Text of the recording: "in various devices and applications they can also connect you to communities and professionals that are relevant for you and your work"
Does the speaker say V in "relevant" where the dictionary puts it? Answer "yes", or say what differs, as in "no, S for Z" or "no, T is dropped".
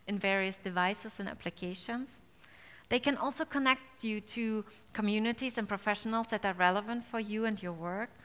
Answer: yes